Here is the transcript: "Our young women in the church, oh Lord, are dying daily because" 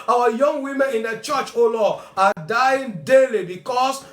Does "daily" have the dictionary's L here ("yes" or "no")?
yes